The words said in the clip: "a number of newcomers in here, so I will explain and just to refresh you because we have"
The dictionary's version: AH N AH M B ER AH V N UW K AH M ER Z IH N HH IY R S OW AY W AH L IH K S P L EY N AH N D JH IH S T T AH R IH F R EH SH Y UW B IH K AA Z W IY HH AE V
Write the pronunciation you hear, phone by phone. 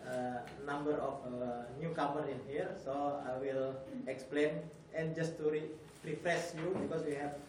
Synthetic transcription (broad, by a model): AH N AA M B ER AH F N UW K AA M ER IH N HH IY R S OW AY W AH L IH K S P L EY N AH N JH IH S T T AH R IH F R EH S Y UW B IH K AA S W IY HH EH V